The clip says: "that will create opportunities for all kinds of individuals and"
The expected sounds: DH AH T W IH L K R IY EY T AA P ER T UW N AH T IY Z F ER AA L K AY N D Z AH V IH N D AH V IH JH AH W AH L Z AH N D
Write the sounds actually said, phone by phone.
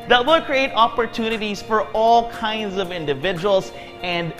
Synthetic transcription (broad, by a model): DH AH T W IH L K R IY EY T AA P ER T UW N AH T IY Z F ER AA L K AY N D Z AH V IH N D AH V IH JH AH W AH L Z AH N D